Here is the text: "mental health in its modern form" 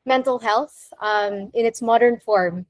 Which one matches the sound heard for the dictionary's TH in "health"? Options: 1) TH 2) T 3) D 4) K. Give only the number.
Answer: 1